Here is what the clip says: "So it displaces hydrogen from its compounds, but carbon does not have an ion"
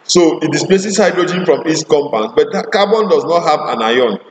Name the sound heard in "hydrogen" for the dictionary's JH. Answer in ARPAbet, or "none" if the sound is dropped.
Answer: JH